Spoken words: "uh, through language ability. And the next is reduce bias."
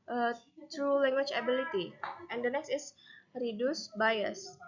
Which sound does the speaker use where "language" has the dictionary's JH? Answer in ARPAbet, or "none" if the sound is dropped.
CH